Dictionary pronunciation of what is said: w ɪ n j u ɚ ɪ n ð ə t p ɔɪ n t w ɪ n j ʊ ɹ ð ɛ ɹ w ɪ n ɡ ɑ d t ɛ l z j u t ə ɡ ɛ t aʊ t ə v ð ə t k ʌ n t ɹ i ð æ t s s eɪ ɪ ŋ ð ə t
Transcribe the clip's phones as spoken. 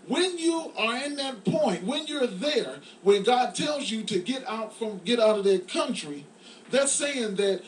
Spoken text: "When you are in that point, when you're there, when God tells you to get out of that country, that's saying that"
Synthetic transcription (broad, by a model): w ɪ n j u ɚ ɪ n ð ə t p ɔɪ n t w ɪ n j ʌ ɹ ð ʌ ɹ w ɪ n ɡ ɑ d t ɛ l z j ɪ t ə ɡ ɛ t aʊ t ə v ð ə t k ʌ n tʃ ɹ i ð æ t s s eɪ ɪ ŋ ð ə t